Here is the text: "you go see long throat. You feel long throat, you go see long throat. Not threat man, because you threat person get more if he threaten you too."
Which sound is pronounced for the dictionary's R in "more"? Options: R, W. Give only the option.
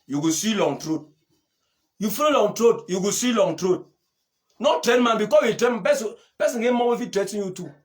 W